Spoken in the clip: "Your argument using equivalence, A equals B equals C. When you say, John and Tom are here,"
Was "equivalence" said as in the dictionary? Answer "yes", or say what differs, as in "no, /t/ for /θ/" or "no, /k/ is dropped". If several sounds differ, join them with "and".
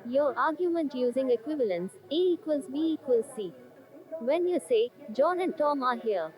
yes